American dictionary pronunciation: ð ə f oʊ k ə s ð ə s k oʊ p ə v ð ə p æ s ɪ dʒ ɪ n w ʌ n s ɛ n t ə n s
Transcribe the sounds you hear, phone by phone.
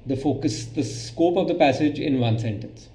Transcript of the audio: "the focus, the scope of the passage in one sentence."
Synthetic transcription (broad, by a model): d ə f oʊ k ə s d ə s k oʊ p ə v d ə p æ s ɪ dʒ ɪ n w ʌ n s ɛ n t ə n s